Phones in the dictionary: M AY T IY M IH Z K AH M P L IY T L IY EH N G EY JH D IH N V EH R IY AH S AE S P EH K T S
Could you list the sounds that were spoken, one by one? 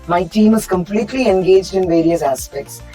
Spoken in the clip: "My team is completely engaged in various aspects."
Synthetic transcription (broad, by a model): M AY T IY M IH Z K AH M P L IY T L IY EH N G EY JH D IH N V EH R IY AH S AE S P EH K T S